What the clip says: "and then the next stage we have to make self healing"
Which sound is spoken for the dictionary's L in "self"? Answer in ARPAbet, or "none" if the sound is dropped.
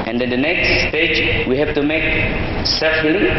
none